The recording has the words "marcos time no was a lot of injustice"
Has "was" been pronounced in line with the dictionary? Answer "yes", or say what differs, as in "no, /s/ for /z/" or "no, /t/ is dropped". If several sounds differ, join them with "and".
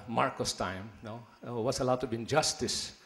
no, /s/ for /z/